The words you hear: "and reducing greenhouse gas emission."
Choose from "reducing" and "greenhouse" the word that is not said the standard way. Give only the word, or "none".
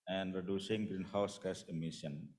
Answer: none